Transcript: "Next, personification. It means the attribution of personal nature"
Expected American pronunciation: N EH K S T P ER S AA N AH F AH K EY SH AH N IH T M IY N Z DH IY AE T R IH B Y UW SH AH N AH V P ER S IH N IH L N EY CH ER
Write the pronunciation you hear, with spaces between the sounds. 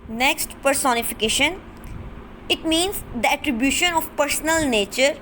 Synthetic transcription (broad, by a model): N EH K S T P ER S AA N AH F AH K EY SH AH N IH T M IY N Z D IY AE T R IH B Y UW SH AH N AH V P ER S N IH L N EY CH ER